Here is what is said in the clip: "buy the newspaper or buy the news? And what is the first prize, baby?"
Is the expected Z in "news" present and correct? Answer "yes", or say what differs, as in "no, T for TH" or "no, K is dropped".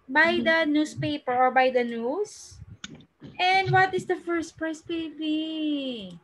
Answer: no, S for Z